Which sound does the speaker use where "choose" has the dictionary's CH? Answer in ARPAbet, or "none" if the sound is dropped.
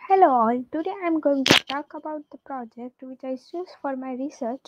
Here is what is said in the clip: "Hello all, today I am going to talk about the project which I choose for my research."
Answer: S